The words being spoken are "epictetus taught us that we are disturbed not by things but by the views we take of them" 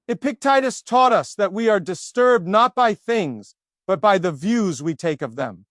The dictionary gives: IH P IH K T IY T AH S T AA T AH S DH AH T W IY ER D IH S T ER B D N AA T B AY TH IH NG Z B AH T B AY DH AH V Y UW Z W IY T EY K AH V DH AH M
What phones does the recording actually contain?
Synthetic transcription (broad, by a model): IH P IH K T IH T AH S T AA T AH S DH AH T W IY ER D IH S T ER B D N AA T B AY TH IH NG Z B AH T B AY DH AH V Y UW Z W IY T EY K AH V DH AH M